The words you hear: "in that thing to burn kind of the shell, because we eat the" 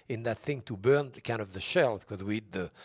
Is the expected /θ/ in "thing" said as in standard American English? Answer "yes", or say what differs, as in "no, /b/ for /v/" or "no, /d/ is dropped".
yes